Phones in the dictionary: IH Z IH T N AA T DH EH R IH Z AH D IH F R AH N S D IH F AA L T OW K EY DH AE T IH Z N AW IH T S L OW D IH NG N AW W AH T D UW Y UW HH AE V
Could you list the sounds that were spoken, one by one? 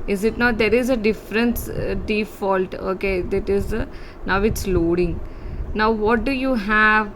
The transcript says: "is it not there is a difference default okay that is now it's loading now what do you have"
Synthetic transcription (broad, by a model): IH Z IH T N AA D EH R IH Z AH D IH F R AH N S D IH F AA L T OW K EY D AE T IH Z N AW IH T S L OW D IH NG N AW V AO T D UW Y UW HH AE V